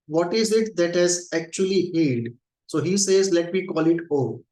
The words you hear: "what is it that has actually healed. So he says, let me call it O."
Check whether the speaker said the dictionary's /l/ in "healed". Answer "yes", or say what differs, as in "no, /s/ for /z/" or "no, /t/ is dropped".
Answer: no, /l/ is dropped